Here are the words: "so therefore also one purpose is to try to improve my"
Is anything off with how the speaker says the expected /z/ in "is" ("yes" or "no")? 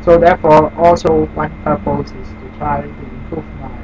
yes